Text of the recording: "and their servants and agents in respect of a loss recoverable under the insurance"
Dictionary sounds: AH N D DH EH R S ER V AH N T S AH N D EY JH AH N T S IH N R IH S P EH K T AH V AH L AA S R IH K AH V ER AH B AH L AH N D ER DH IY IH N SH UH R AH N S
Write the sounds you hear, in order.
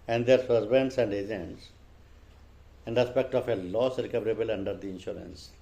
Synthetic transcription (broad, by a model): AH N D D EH R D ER B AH N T S AH N D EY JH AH N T S IH N R IH S P EH K T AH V AH L AA S R IH K AH V ER AH B AH L AH N D ER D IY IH N SH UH R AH N S